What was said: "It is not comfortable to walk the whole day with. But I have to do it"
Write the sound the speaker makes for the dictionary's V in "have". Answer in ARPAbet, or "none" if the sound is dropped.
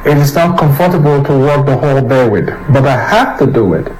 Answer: F